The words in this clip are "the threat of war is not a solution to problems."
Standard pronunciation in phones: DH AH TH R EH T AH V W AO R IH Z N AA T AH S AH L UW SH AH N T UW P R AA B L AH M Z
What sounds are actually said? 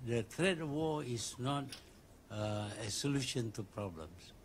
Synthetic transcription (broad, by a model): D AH T R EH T W AO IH S N AA T AH S AH L UW SH AH N T UW P R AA B L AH M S